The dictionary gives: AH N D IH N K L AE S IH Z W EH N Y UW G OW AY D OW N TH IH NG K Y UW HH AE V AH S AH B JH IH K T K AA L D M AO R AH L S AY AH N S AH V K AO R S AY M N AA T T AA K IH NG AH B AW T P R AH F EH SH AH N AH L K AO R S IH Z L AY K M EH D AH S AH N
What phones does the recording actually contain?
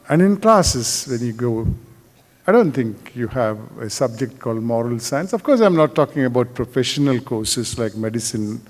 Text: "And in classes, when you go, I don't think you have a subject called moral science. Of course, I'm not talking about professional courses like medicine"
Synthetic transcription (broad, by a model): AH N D IH N K L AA S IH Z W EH N Y UW G OW AY D OW N T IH NG K Y UW HH AE V AH S AH B JH IH K T K AA L D M AO R AH L S AY AH N S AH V K AO R S AY M N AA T T AA K IH NG AH B AW T P R AH F EH SH AH N AH L K AO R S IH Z L AY K M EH D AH S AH N